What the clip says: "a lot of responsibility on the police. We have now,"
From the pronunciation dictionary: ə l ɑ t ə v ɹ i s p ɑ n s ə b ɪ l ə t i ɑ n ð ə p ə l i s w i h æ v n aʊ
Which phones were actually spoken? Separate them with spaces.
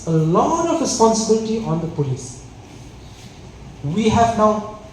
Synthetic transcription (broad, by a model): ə l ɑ ə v ɹ i s p ɑ n s ə b ɪ l ə t i ɑ n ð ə p ə l i s w i h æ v n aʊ